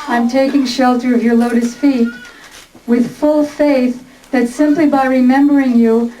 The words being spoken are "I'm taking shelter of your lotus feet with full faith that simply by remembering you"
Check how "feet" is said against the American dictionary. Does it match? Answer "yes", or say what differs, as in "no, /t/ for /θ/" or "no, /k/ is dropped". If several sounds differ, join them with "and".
yes